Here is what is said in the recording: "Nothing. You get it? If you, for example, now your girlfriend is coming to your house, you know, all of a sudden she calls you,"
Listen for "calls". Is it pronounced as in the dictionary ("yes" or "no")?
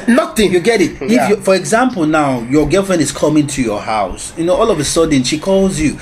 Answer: yes